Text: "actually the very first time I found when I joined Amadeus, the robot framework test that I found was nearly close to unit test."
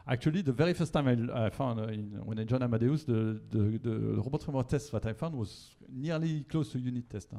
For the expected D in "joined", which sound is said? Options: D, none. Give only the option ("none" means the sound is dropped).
none